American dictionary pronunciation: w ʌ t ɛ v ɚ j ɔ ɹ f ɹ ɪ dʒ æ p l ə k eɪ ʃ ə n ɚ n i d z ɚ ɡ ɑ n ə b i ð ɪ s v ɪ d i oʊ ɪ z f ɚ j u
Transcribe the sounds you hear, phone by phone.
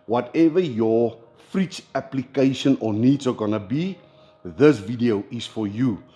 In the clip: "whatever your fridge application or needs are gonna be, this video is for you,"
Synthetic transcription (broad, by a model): w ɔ t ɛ v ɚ j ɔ f ɹ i tʃ æ p l ə k eɪ ʃ ə n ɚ n i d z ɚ ɡ ɑ n ə b i ð ɪ s v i d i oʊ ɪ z f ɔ j u